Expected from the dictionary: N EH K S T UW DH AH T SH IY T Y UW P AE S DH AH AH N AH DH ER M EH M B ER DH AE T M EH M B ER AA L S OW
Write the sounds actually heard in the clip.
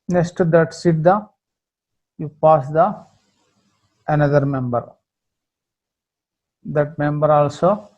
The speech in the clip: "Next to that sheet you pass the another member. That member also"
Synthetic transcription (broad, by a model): N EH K S T UW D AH T S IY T Y UW P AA S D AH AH N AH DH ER M EH M B ER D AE T M EH M B ER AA L S OW